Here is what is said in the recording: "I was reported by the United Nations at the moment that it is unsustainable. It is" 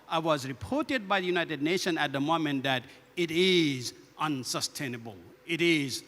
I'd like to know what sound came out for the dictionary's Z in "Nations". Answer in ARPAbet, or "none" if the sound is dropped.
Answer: none